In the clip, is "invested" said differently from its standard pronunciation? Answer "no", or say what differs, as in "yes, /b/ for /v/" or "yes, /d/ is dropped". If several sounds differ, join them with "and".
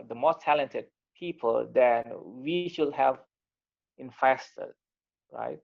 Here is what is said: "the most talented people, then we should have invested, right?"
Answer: yes, /f/ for /v/